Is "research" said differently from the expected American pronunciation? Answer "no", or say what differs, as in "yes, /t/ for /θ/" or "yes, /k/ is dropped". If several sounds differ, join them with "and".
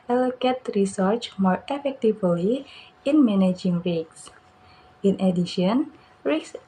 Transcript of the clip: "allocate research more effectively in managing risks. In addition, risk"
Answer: no